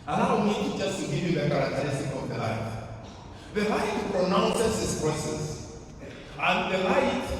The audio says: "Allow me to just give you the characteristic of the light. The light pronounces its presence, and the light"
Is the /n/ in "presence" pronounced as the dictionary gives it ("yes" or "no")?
no